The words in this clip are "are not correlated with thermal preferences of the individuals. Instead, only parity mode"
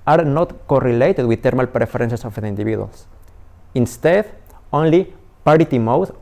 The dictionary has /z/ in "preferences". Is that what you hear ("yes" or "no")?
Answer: no